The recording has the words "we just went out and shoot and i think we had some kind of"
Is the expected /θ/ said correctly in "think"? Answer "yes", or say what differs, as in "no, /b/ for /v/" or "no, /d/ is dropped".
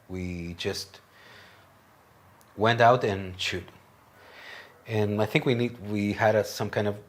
yes